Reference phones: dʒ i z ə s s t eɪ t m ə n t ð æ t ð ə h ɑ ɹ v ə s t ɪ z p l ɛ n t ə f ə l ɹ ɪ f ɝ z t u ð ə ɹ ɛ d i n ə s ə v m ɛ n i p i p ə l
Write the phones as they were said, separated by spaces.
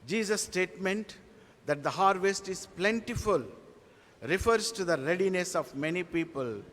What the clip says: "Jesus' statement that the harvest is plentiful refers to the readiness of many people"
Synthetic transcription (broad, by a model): dʒ i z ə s s t eɪ t m ə n t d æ t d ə h ɑ ɹ v ə s t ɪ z p l ɛ n t ə f ə l ɹ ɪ f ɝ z t u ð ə ɹ ɛ d i n ə s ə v m ɛ n i p i p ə l